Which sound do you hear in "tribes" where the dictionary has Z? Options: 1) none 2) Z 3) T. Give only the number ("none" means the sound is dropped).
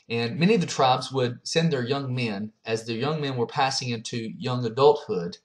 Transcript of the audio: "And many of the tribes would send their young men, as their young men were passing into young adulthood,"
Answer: 2